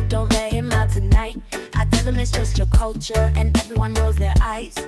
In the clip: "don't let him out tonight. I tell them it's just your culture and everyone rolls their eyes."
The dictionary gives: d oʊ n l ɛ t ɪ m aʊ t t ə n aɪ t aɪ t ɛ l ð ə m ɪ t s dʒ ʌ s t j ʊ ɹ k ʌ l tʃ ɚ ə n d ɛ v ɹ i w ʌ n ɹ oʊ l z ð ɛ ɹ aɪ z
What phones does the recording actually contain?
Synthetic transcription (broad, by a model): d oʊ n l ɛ ɪ m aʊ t t ə n aɪ t aɪ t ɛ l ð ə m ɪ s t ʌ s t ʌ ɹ k ʌ l tʃ ɚ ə n ɛ v ɹ i w ʌ n oʊ z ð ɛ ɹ aɪ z